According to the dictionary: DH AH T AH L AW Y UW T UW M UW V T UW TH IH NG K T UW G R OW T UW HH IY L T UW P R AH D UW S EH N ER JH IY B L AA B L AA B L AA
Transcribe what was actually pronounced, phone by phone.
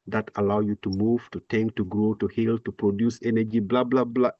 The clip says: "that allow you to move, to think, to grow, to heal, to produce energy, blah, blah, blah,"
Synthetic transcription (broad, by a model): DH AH T AH L AW Y UW T UW M UW V T UW T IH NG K T UW G R OW T UW HH IY L T UW P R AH D UW S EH N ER JH IY B L AA B L AA B L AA